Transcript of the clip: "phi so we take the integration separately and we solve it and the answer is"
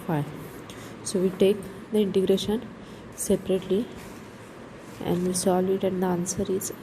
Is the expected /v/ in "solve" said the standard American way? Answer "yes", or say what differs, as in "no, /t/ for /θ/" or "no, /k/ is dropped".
no, /v/ is dropped